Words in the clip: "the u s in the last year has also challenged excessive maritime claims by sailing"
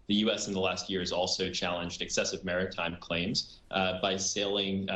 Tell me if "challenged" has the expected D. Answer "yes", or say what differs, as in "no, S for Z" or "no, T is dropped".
yes